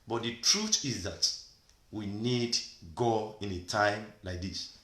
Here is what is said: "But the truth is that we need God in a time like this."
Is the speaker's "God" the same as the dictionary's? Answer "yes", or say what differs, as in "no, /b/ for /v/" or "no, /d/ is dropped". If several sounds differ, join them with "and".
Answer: no, /d/ is dropped